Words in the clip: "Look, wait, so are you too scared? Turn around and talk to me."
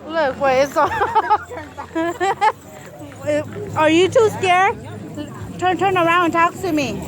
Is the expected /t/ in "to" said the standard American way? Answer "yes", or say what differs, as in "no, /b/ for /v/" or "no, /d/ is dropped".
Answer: no, /s/ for /t/